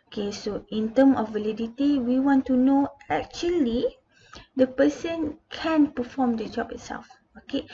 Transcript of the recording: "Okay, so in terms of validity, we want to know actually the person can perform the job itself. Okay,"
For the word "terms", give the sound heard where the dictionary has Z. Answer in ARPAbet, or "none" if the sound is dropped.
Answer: none